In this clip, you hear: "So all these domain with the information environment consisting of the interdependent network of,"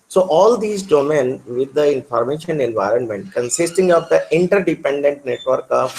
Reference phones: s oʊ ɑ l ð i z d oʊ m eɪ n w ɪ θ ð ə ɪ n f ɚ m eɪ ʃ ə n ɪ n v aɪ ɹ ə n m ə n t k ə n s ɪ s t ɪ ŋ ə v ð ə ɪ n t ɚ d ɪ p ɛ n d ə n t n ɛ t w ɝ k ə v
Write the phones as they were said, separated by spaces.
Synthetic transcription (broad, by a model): s oʊ ɑ l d i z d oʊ m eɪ n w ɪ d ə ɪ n f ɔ m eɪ ʃ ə n ɪ n v aɪ ɹ ə n m ə n t k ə n s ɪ s t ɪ ŋ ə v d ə ɪ n t ɚ d ɪ p ɛ n d ə n t n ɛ t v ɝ k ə